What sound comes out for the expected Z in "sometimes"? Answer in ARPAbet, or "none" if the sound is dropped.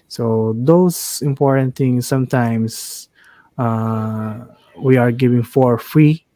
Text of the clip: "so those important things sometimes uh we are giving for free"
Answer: S